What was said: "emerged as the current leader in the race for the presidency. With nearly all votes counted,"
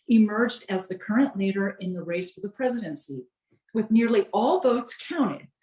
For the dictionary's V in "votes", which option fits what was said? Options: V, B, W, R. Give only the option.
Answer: V